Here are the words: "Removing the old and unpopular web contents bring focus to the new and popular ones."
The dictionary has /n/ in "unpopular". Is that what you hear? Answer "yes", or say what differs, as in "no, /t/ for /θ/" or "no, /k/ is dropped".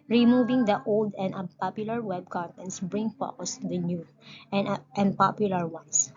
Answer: no, /n/ is dropped